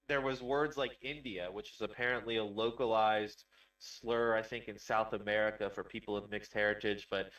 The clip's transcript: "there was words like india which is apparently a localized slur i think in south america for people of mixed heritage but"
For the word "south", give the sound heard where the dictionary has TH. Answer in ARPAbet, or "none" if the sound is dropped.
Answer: TH